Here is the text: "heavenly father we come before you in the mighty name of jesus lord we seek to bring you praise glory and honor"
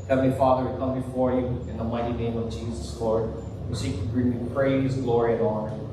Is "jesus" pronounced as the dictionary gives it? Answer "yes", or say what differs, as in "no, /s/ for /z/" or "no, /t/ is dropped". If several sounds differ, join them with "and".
yes